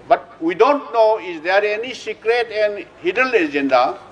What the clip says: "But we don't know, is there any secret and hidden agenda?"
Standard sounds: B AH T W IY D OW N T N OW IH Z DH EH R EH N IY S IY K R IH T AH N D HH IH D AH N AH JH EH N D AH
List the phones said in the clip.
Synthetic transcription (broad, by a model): B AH T W IY D OW N T N OW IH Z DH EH R EH N IY S IY K R IH T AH N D HH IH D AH L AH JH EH N D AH